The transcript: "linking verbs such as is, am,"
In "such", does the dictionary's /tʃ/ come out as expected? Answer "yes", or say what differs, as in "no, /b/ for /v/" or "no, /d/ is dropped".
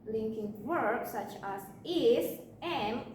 yes